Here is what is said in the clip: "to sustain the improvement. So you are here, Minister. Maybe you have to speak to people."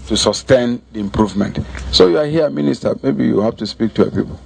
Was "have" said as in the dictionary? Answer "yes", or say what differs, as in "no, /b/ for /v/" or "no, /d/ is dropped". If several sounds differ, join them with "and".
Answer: no, /f/ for /v/